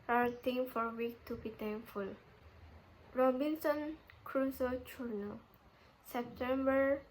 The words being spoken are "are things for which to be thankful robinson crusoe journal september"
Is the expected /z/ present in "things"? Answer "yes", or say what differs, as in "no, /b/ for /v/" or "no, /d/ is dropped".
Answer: no, /z/ is dropped